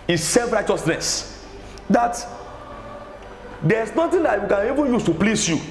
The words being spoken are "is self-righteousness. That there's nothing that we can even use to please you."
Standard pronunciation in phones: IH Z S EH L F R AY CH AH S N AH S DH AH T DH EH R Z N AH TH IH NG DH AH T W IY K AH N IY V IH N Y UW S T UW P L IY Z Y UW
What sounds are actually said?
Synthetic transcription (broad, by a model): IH S EH L F R AY CH AH S N AH S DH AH T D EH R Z N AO T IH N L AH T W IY K AH N IY V IH N Y UW S T UW P L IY S Y UW